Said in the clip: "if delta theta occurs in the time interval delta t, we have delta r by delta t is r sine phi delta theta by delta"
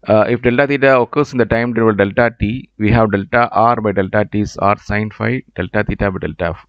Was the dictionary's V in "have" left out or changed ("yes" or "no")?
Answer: no